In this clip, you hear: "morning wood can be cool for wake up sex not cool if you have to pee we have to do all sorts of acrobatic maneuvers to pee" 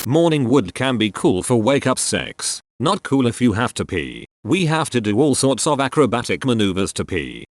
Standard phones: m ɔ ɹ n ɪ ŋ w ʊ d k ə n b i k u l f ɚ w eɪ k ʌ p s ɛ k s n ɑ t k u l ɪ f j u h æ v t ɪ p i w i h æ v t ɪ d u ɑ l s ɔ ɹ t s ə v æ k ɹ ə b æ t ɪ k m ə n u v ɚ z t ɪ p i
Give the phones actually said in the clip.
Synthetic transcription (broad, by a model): m ɔ ɹ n ɪ ŋ w ʊ d k ə n b i k u l f ɚ w eɪ k ʌ p s ɛ k s n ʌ t k u l ɪ f j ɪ h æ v t ɪ p i w i h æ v t ɪ d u ɑ l s ɔ ɹ t s ə v æ k ɹ ə b æ t ɪ k m ə n u v ɚ z t ɪ p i